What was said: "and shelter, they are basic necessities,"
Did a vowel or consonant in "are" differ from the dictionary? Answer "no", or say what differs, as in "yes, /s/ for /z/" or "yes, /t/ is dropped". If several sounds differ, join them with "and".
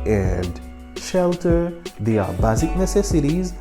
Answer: yes, /l/ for /ɹ/